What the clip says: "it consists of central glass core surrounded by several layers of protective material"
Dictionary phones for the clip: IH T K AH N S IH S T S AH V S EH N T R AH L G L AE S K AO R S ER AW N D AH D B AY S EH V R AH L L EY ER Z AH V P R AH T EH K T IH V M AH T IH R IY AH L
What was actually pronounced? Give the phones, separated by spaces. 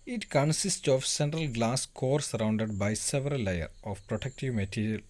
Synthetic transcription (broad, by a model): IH T K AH N S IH S T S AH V S EH N T R AH L G L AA S K AO R S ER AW N D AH D B AY S EH V R AH L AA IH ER AH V P R AH T EH K T IH V M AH T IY R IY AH L